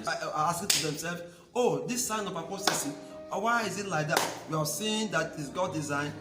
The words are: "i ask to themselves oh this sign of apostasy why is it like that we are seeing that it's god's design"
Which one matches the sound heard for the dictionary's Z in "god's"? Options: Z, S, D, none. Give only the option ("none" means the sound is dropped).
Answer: none